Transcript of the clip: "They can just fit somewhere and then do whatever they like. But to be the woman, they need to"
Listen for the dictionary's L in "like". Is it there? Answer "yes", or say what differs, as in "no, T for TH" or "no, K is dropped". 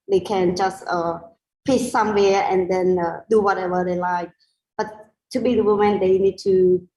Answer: yes